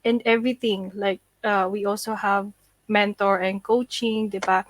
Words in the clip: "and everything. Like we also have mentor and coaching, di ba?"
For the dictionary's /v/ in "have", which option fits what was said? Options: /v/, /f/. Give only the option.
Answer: /v/